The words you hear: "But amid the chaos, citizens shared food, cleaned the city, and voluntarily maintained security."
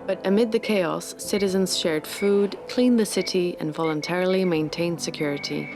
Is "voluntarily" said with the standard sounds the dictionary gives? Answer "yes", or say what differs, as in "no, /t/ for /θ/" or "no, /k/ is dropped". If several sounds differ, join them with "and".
yes